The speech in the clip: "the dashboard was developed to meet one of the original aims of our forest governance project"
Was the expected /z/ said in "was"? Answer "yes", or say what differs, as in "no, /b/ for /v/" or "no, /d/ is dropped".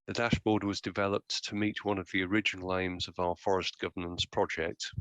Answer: yes